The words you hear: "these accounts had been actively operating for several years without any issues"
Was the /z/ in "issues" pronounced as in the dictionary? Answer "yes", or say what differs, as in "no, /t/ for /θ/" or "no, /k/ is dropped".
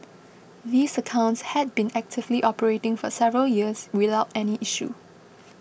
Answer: no, /z/ is dropped